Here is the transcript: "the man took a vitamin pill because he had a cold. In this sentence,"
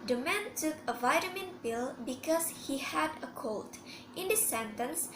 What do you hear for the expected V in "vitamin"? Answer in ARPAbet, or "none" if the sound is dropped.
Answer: V